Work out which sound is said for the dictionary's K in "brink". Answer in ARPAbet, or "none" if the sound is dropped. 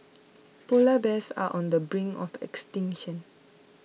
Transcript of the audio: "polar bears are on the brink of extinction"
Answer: none